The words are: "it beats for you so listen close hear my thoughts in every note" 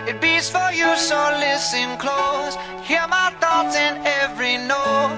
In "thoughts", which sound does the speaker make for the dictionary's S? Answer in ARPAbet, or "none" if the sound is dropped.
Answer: none